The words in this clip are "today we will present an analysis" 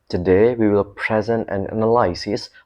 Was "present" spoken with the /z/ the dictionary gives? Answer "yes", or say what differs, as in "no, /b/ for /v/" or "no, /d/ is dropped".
yes